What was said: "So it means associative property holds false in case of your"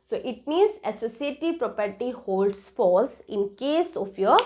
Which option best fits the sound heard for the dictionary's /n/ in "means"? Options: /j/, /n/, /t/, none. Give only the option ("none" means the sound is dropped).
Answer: none